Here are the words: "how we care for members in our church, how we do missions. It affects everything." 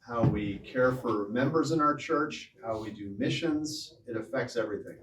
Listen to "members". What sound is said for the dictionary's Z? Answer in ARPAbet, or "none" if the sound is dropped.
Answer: Z